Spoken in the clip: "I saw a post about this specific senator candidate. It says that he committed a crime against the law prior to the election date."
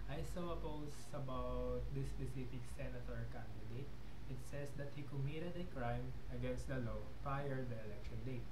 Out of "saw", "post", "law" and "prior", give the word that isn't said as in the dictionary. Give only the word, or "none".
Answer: post